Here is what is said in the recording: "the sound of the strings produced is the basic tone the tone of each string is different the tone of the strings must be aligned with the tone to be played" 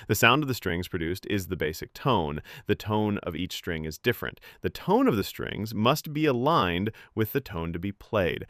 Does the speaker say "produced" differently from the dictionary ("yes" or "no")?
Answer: no